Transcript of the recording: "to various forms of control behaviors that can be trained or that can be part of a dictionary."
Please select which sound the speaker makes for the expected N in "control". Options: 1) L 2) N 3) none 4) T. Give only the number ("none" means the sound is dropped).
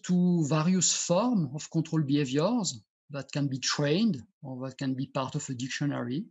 3